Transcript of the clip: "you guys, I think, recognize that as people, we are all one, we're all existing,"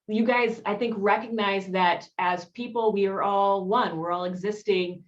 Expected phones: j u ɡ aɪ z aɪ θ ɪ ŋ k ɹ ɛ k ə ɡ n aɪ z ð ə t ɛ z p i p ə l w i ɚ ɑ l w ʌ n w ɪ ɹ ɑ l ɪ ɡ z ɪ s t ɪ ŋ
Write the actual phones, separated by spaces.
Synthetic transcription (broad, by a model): j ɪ ɡ aɪ z aɪ θ ɪ ŋ k ɹ ɛ k ə ɡ n aɪ z ð ə t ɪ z p i p l w i ɚ ɑ l w ʌ n w ɪ ɹ ɑ l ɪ ɡ z ɪ s t ɪ ŋ